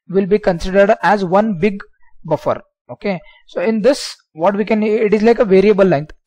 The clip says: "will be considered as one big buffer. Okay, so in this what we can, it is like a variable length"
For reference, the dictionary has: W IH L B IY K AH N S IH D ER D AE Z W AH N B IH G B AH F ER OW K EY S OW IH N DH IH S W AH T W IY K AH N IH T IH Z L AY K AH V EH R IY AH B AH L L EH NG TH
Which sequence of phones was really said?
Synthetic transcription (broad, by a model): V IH L B IY K AH N S IH D ER D AE Z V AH N B IH G B AH F ER OW K EY S OW IH N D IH S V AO T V IY K AH N IH T IH Z L AY K AH V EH R IY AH B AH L L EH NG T